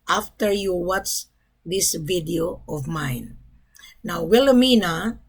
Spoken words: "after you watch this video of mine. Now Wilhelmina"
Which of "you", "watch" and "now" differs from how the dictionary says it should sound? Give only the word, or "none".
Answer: watch